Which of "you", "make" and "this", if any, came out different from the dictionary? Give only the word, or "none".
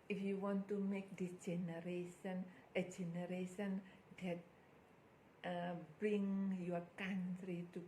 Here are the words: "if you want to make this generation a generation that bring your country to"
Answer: this